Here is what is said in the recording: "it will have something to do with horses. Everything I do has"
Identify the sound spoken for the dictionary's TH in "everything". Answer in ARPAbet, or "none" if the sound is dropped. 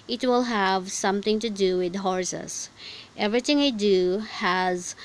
T